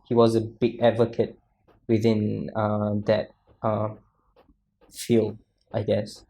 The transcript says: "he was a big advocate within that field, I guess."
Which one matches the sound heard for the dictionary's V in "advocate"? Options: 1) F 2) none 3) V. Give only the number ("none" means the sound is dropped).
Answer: 3